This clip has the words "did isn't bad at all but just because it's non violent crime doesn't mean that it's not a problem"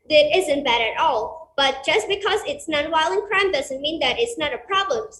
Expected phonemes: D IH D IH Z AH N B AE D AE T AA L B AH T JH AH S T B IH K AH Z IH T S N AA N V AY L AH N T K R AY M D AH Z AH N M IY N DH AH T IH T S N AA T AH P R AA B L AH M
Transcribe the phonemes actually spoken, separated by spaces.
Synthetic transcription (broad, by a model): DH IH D IH Z AH N B AE D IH T AA L B AH T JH AH S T B IH K AH Z IH T S N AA N W AY L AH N K R AY M D AH Z AH N M IY N DH AH T IH T S N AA T AH P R AA B L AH M